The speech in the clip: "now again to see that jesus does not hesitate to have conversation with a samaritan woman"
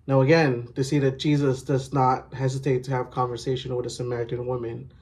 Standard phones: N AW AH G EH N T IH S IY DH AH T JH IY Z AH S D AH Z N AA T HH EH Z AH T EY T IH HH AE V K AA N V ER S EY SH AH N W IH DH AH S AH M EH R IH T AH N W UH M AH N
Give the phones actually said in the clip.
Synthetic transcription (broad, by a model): N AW AH G EH N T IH S IY DH AH T JH IY Z AH S D AH Z N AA T HH EH Z AH T EY T IH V K AA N V ER S EY SH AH N W IH DH AH S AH M EH R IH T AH N W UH M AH N